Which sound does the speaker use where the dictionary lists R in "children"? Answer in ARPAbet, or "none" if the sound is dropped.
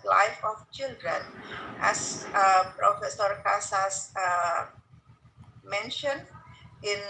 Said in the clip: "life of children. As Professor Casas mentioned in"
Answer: R